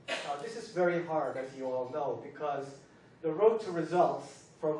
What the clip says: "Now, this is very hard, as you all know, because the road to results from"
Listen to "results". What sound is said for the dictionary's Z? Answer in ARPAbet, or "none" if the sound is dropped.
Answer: Z